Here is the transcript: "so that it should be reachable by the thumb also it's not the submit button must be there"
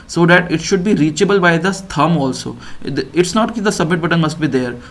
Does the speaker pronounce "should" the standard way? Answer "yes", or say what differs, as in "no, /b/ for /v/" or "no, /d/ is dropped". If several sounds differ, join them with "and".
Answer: yes